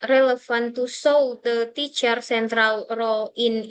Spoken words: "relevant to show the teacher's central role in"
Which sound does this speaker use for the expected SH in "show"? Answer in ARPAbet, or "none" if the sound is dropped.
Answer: S